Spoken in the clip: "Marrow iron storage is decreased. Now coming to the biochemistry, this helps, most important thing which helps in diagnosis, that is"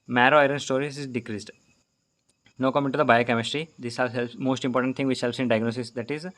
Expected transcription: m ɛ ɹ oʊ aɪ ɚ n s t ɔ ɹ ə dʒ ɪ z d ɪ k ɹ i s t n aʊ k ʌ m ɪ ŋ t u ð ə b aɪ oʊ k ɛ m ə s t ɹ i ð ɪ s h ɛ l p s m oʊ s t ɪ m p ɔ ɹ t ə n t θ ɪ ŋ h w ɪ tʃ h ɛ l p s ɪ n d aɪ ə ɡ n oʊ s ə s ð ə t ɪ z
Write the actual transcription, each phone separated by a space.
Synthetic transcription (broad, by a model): m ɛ ɹ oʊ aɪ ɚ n s t ɔ ɹ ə z ɪ z d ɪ k ɹ i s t n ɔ k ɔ m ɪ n t u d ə b aɪ oʊ k ɛ m ə s t ɹ i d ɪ s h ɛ l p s m oʊ s t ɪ m p ɔ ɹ t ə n t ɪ ŋ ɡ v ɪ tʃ h ɛ l p s ɪ n d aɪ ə ɡ n oʊ s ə s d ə t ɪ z